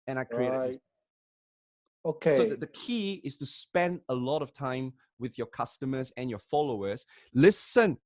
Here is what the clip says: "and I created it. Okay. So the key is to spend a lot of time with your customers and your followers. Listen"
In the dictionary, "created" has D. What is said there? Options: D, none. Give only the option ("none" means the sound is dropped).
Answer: none